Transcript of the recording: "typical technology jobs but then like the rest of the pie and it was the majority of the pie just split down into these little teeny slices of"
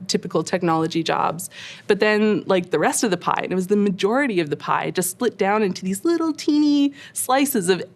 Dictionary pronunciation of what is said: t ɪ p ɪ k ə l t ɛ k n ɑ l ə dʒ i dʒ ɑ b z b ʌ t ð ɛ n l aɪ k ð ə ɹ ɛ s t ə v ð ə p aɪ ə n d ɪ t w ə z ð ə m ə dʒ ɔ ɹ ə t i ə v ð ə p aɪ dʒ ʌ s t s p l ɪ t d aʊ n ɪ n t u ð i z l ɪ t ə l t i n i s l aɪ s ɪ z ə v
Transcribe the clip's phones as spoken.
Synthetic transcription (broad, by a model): t ɪ p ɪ k l t ɛ k n ɑ l ə dʒ i dʒ ɑ b z b ʌ t ð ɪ n l aɪ k ð ə ɹ ɛ s t ə v ð ə p aɪ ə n ɪ t w ə z ð ə m ə dʒ ɔ ɹ ə t i ə v ð ə p aɪ dʒ ʌ s t s p l ɪ t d aʊ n ɪ n t u ð i z l ɪ t l t i n i s l aɪ s ɪ z ə v